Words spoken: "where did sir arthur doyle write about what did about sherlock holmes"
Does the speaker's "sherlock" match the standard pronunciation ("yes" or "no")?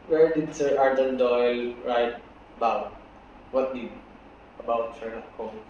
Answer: no